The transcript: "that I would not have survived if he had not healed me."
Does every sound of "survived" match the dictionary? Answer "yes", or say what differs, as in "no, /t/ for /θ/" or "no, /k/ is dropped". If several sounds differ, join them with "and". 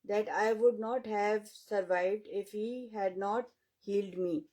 yes